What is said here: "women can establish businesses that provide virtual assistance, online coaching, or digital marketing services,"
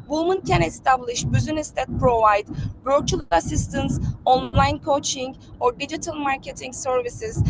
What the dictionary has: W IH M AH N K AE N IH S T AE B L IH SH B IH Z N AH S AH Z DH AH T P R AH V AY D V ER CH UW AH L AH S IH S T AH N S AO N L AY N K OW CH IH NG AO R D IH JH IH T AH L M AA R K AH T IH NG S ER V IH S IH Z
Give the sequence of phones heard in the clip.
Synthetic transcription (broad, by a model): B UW M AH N K AE N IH S T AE B L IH SH B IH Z AH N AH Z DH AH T P R AH V AY D B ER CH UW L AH S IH S T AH N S AO N L AY N K OW CH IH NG AO R D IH JH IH T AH L M AA R K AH T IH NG S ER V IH S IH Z